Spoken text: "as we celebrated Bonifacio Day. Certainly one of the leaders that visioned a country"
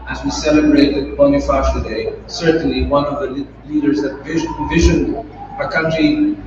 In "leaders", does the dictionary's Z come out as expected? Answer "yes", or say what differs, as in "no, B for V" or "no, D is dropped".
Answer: yes